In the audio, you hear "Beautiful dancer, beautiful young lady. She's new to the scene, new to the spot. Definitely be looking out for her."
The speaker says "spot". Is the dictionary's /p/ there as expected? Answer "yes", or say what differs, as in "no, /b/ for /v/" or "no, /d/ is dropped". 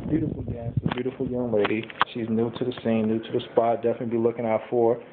yes